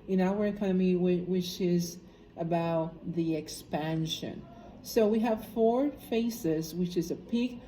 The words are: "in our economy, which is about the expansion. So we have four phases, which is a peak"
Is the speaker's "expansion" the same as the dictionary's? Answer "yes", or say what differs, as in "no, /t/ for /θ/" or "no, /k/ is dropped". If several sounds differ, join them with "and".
yes